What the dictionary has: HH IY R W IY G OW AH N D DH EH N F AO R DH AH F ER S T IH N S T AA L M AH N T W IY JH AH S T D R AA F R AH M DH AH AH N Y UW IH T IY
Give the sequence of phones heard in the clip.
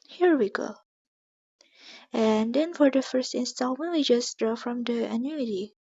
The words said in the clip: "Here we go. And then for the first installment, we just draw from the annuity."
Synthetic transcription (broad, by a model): HH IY R W IY G OW AH N D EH N F AO R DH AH F ER S T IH N S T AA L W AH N W IY JH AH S D R AA F R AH M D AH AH N Y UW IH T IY